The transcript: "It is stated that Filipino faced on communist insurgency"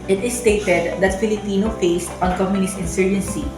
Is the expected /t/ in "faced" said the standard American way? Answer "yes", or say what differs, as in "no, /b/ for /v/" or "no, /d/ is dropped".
yes